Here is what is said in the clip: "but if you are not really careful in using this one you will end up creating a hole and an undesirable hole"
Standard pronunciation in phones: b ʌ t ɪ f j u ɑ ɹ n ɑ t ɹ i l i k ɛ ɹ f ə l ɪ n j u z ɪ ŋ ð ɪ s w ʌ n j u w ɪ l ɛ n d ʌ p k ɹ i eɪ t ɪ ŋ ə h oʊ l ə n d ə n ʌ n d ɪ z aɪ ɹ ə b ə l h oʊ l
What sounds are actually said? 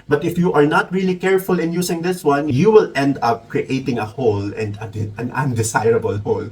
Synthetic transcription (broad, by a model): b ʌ t ɪ f j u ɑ ɹ n ɑ t ɹ i l i k ɛ ɹ f ə l ɪ n j u s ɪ ŋ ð ɪ s w ʌ n j u w ɪ l ɛ n d ʌ p k ɹ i eɪ t ɪ ŋ ə h oʊ l ə n d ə n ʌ n d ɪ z aɪ ɹ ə b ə l h oʊ l